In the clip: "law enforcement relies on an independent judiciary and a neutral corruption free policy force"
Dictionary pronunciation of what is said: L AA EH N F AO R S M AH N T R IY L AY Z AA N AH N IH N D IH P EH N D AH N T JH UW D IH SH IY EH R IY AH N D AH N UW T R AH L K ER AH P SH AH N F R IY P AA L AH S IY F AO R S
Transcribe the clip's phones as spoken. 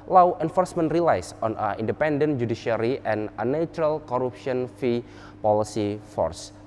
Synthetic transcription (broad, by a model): L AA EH N F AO R S M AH N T R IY L AY S AA N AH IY N D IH P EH N D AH N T JH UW D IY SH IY R IY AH N AH N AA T R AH L K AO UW P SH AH N F IY P AA L AH S IY F AO R S